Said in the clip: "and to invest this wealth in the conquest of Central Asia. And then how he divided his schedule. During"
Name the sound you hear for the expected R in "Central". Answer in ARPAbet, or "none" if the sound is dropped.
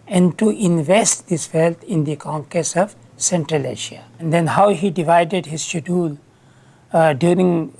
R